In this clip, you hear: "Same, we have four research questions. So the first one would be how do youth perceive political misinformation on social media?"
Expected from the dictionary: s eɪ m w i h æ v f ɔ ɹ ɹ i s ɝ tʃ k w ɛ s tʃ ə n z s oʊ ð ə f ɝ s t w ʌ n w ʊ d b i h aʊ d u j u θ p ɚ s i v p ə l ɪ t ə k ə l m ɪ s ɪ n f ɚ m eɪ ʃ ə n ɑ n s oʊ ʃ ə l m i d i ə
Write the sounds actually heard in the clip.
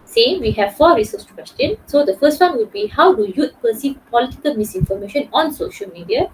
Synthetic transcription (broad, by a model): s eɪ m w i h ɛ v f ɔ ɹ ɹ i s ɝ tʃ k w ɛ s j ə n s oʊ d ə f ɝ s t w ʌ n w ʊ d b i h aʊ d u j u t p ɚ s i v p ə l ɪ t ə k ə l m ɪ s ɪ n f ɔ m eɪ ʃ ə n ɑ n s oʊ ʃ ə l m i d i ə